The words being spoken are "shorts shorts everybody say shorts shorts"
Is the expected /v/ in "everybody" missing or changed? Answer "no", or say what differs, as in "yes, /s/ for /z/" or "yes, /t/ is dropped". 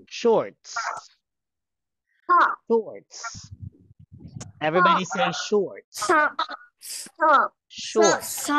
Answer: no